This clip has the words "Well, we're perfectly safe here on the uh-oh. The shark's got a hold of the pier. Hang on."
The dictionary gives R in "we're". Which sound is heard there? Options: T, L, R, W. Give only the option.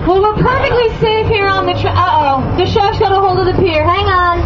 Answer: L